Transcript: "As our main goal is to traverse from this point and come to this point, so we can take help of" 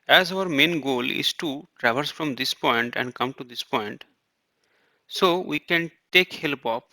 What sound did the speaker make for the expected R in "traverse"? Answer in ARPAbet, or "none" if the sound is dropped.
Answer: R